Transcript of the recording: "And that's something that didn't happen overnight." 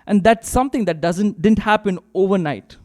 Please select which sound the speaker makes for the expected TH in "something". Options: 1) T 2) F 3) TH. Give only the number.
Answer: 1